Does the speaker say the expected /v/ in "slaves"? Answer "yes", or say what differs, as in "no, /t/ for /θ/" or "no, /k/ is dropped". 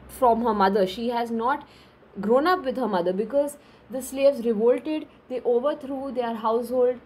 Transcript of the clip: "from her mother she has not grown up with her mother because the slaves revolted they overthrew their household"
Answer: yes